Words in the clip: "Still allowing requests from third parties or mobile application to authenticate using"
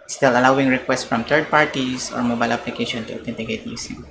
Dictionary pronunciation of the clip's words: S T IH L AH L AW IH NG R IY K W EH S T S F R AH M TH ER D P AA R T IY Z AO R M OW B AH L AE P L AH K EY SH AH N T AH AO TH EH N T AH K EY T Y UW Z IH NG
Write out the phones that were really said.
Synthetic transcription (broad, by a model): S T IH L AH L AW IH NG R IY K W EH S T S F R AH M T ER D P AA R T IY S AO R M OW B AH L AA P L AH K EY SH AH N T AH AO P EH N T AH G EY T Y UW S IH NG